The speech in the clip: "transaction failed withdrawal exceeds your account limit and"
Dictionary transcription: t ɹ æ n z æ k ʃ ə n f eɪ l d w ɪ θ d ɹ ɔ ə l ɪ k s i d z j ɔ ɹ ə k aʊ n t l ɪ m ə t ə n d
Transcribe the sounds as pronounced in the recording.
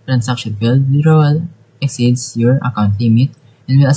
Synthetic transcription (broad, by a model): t ɹ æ n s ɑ k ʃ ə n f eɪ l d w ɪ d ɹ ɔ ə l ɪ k s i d s j ɔ ɹ ə k aʊ n t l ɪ m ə t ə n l